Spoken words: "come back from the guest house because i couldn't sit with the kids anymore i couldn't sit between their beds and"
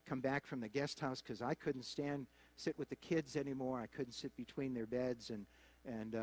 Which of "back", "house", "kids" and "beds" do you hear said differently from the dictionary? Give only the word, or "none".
none